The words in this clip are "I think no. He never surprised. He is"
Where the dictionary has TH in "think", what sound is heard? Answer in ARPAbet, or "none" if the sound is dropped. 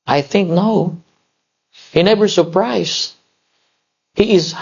TH